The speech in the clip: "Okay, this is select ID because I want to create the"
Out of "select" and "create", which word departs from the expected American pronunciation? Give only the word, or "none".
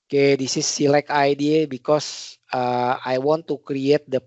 select